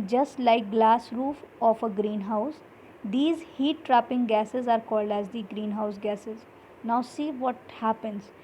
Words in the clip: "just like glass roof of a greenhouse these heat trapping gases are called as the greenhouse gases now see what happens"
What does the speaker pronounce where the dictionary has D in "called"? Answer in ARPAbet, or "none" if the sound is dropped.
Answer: D